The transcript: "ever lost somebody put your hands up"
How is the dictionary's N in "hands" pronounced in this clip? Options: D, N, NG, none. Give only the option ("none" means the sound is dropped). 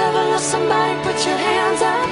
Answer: N